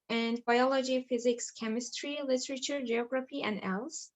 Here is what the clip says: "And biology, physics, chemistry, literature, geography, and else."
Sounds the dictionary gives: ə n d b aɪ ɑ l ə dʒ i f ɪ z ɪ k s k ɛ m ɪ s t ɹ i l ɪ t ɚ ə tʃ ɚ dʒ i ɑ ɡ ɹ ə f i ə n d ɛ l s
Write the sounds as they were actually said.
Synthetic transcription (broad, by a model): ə n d b aɪ ɑ l ə dʒ i f ɪ z ɪ k s k ɛ m ɪ s t ɹ i l ɪ t ɚ ə tʃ ɚ dʒ i ɑ ɡ ɹ ə f i ə n d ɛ l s